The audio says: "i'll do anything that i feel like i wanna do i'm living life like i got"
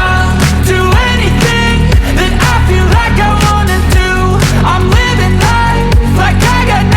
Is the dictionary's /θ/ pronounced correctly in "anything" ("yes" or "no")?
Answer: yes